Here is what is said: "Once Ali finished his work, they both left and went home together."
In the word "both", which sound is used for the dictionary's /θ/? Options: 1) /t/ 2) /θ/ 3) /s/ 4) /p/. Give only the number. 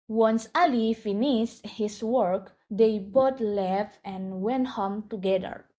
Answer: 1